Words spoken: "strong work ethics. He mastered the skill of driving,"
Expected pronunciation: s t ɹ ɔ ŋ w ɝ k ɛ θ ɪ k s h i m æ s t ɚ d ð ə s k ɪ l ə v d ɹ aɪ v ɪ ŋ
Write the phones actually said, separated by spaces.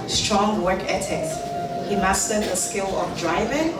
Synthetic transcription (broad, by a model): s t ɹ ɔ ŋ w ɝ k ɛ t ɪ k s h i m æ s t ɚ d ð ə s k ɪ l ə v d ɹ aɪ v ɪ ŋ